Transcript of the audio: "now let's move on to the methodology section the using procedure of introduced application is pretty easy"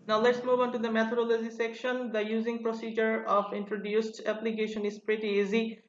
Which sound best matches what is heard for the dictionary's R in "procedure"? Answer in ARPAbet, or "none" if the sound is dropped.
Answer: R